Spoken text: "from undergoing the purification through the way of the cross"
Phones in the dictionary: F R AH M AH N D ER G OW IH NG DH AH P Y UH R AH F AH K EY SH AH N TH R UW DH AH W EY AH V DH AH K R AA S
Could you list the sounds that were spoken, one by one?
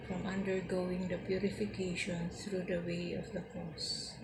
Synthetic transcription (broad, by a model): F R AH M AH N D ER G OW IH NG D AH P Y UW R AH F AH K EY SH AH N S R UW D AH W EY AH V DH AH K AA S